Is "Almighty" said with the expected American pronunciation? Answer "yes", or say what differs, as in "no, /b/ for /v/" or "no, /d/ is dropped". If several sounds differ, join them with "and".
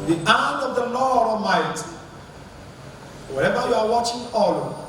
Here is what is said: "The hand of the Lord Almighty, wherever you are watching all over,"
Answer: no, /l/ is dropped